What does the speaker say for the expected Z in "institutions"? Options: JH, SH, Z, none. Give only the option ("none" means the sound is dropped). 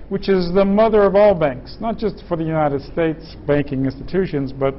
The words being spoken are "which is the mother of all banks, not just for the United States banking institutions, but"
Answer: Z